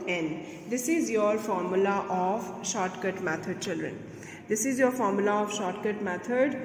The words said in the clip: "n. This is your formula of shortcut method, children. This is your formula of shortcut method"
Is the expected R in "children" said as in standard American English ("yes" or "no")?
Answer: yes